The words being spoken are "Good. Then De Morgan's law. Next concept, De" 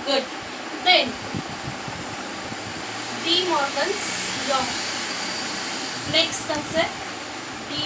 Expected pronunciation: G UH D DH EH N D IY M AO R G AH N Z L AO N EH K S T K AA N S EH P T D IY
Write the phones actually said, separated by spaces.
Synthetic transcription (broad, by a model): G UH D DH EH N D IY M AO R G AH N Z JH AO N EH K S T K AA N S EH T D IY